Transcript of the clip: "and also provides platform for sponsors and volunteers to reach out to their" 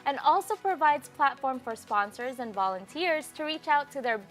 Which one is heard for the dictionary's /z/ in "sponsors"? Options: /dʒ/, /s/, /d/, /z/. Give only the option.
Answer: /z/